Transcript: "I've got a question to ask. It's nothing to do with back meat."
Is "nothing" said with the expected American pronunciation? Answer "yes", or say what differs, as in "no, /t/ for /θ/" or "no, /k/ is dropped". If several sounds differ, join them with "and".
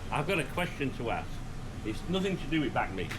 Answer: yes